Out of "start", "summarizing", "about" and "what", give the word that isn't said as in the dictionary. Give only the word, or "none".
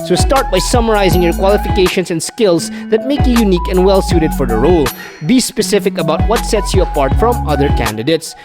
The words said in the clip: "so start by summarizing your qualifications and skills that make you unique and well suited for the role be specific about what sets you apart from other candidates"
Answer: none